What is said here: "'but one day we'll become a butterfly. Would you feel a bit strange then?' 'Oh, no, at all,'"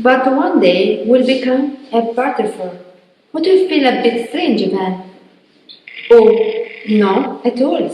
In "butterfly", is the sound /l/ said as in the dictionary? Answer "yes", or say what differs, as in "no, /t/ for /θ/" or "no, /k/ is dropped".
no, /l/ is dropped